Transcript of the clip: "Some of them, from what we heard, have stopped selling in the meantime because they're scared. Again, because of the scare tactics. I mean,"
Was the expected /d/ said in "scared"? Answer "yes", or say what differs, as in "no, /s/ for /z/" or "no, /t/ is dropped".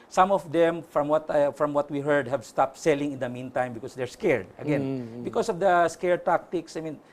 yes